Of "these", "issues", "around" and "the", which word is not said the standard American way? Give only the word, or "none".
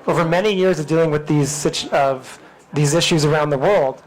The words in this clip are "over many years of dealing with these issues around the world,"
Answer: none